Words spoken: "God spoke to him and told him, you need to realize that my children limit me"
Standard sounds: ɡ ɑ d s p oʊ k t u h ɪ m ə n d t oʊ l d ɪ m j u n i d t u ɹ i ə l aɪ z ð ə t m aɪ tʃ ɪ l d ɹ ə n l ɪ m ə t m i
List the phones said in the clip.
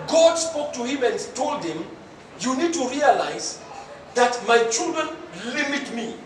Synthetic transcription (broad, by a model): ɡ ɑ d s p oʊ k t u h ɪ m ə n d t oʊ l d ɪ m j u n i d t u ɹ i ə l aɪ z ð ə t m aɪ tʃ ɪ l d ɹ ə n l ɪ m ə t m i